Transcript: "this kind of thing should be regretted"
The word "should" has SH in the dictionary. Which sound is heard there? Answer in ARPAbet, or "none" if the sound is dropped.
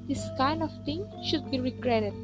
SH